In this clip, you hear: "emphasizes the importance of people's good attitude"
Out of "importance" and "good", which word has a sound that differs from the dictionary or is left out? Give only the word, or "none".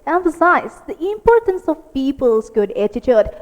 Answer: none